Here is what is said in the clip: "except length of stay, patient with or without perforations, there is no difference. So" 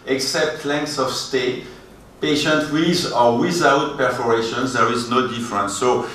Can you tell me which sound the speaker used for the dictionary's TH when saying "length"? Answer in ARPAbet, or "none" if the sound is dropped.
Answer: S